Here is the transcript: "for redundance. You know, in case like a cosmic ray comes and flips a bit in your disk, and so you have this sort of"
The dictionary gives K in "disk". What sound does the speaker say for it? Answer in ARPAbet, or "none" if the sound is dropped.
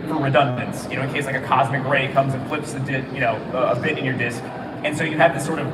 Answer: K